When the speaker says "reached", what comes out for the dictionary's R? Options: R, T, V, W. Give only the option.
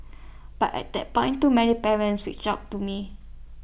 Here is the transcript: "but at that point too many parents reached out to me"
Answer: W